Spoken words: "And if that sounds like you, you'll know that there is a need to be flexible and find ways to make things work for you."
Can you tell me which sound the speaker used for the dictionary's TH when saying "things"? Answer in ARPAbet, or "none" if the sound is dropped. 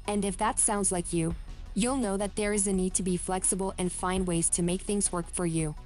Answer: TH